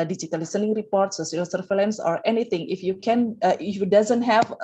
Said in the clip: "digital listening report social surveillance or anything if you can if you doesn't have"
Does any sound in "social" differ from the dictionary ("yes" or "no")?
yes